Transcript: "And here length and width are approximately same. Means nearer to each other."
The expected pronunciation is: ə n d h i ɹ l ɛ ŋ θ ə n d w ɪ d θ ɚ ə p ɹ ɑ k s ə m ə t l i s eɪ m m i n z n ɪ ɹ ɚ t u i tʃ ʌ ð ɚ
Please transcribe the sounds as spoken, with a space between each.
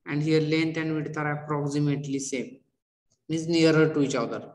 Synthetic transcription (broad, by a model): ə n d h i ɹ l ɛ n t ə n d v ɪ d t ɚ ə p ɹ ɑ k s ə m ə t l i s eɪ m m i z n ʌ ɹ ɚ t u i tʃ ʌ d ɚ